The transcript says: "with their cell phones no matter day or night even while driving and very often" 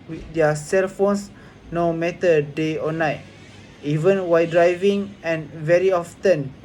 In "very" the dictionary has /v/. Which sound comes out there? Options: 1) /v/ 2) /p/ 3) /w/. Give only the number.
1